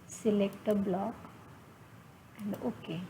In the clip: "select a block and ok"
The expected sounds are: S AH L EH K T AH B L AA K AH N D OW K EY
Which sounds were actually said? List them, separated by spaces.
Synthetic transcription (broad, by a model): S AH L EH K T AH B L AA K AH N D OW K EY